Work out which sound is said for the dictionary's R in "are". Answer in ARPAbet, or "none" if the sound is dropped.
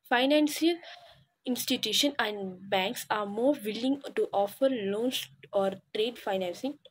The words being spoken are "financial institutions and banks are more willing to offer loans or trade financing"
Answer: R